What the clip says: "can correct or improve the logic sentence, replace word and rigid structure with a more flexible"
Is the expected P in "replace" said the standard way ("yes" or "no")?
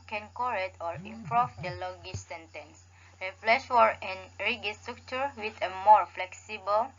no